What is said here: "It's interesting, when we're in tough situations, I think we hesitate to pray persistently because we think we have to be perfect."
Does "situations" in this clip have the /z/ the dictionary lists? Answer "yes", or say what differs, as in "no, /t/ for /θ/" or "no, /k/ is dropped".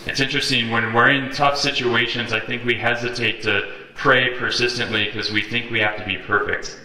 yes